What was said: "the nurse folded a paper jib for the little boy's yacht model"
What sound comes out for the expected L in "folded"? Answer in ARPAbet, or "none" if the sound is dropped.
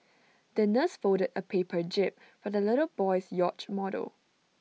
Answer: none